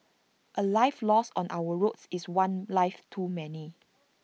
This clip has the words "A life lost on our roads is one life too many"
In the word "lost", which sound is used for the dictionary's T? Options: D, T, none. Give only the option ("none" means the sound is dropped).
none